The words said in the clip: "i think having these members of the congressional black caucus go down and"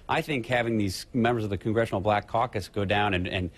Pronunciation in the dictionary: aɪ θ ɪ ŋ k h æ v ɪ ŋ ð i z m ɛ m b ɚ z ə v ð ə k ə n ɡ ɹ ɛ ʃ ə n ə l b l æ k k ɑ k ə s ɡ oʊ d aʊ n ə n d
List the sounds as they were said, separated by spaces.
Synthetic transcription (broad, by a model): aɪ θ ɪ ŋ k h æ v ɪ ŋ ð i z m ɛ m b ɚ z ə v ð ə k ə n ɡ ɹ ɛ ʃ n l b l æ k k ɑ k ə s ɡ oʊ d aʊ n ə n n